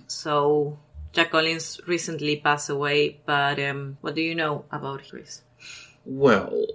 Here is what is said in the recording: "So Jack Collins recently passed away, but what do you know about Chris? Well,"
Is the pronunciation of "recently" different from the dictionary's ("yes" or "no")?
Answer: no